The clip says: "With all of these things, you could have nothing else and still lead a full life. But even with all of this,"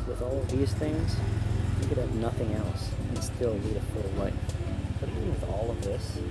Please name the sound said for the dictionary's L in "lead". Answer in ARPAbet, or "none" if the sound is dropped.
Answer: N